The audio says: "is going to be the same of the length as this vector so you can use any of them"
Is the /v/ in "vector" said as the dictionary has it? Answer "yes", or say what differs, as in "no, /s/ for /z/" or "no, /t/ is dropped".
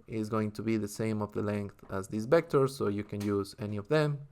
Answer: no, /b/ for /v/